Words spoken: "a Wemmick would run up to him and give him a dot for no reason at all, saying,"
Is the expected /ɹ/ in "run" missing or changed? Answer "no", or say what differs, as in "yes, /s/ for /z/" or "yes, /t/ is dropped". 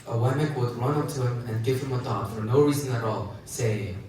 no